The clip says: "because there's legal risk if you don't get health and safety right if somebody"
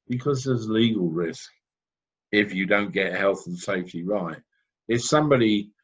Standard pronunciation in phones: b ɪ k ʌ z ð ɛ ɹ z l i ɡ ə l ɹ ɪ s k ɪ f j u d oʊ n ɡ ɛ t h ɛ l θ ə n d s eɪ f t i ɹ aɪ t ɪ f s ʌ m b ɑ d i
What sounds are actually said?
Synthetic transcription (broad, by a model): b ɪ k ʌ z ð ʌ z l i ɡ ə l ɹ ɪ s k ɪ f j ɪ d oʊ n ɡ ɛ t h ɛ l θ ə n s eɪ f t i ɹ aɪ t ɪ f s ʌ m b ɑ d i